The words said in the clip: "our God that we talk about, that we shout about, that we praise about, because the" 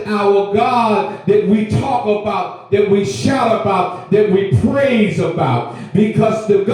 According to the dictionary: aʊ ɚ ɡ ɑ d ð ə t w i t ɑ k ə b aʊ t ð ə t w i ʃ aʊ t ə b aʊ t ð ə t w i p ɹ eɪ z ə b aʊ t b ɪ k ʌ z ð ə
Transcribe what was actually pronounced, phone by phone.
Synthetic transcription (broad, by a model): aʊ ɚ ɡ ɑ d ð ə t w i t ɑ k ə b aʊ t ð ə t w i ʃ aʊ t ə b aʊ t ð ə t w i p ɹ eɪ z ə b aʊ t b ɪ k ʌ z ð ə